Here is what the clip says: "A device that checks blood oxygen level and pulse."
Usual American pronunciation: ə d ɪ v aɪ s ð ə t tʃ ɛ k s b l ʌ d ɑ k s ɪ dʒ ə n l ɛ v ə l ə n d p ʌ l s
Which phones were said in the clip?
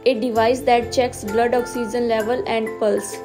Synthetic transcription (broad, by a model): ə d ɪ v aɪ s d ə t tʃ ɛ k s b l ʌ d ɑ k s ɪ dʒ ə n l ɛ v ə l ə n d p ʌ l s